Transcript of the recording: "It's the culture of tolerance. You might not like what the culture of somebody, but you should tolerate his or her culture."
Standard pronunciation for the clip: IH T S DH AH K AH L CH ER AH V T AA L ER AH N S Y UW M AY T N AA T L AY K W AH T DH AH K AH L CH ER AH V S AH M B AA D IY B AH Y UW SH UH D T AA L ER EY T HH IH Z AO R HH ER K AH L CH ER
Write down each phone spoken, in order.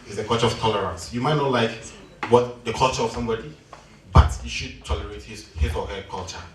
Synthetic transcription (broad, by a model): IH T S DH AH K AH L CH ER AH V T AA L ER AH N S Y UW M AY T N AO L AY K W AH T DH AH K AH L CH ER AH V S AH M B AA D IY B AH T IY SH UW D T AA L ER EY T HH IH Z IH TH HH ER K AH L CH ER